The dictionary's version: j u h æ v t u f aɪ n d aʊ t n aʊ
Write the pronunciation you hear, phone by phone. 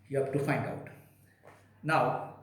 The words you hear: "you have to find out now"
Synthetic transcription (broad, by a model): j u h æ b t u f aɪ n d aʊ t n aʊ